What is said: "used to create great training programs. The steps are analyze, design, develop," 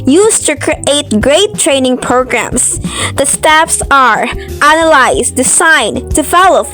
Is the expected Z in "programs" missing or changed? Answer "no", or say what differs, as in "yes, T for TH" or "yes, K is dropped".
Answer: yes, S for Z